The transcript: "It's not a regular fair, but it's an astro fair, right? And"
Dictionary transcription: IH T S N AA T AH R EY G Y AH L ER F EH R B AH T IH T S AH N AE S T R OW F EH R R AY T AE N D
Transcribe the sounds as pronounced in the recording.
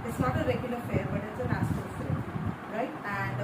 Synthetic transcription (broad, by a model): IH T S N AA T AH R EY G Y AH L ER F EH R B AH T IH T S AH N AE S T OW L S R R AY T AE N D